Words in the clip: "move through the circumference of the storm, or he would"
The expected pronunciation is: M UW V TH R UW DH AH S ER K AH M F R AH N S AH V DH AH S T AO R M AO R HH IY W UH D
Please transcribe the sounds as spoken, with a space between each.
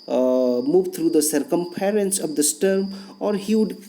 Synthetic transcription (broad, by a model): M UW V T R UW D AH S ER K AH M P R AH N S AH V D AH S T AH R M AO R HH IY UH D